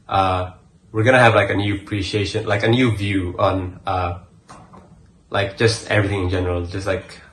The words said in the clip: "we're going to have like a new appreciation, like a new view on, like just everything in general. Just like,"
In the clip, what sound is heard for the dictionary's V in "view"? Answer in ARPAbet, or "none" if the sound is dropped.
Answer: V